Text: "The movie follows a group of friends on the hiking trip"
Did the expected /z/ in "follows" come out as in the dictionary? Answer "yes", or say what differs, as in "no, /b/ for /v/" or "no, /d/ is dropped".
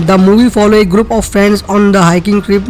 no, /z/ is dropped